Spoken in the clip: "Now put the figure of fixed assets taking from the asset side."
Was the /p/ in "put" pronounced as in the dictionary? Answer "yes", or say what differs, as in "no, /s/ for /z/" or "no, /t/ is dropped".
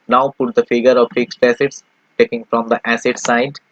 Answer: yes